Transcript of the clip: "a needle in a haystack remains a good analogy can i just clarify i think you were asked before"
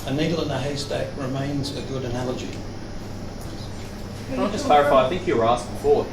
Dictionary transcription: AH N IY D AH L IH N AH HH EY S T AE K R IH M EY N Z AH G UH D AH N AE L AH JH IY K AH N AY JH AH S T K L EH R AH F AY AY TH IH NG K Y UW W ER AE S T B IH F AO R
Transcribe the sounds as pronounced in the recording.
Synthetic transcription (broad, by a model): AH N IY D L IH N AH HH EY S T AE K R IH M EY N Z AH G UH D AH N AE L AH JH IY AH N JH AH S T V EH R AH F AY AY TH IH NG K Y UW W ER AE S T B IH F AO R